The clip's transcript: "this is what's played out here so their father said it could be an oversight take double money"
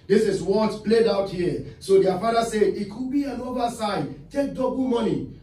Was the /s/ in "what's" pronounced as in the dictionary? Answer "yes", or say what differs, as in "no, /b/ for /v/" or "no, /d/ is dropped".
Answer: no, /s/ is dropped